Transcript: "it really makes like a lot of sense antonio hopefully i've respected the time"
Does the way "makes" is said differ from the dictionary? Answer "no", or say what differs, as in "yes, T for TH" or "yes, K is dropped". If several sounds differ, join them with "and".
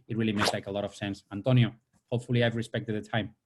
yes, K is dropped